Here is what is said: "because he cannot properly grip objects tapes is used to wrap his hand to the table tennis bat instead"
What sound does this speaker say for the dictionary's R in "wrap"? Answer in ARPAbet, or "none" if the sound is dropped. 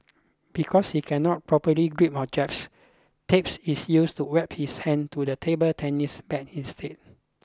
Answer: W